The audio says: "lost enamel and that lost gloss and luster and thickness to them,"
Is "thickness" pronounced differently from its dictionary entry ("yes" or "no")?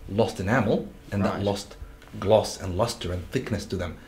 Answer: no